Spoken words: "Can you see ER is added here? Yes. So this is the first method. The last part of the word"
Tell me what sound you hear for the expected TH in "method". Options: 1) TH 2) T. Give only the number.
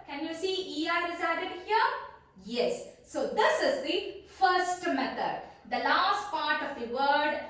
2